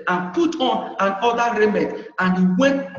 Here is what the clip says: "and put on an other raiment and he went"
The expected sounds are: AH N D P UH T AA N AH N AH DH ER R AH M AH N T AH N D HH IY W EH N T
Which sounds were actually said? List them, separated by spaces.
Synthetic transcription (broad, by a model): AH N P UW T AA N AH N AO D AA R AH M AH T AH N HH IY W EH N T